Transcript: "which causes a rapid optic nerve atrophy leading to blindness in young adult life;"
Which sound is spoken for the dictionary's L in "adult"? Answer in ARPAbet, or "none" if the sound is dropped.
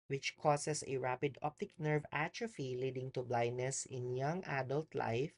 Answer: L